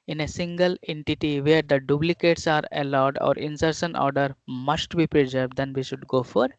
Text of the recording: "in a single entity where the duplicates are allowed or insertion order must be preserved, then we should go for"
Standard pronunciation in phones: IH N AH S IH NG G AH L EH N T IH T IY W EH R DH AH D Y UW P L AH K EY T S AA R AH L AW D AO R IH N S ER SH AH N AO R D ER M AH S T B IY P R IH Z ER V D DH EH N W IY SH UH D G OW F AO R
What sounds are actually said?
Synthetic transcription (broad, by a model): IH N AH S IH NG G AH L EH N T IH T IY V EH R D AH D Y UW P L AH K EY T S AA R AH L AW D AO R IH N S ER S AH N AO R D ER M AH S T B IY P R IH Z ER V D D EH N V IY SH UH D G OW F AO R